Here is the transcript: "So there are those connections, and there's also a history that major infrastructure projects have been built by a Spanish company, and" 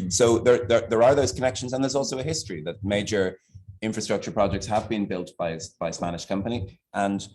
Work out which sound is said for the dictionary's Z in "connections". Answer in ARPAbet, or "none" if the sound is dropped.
Z